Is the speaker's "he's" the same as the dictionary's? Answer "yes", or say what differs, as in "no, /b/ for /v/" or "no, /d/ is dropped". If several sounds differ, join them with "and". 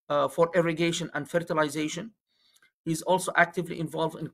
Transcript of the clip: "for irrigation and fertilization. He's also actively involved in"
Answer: yes